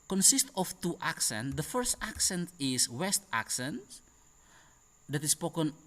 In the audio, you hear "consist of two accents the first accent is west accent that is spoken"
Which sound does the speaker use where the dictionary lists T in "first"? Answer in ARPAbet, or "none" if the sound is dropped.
T